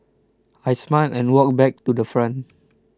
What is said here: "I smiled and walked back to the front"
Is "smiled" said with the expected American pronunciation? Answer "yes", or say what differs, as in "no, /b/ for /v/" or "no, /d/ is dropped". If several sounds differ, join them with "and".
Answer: no, /d/ is dropped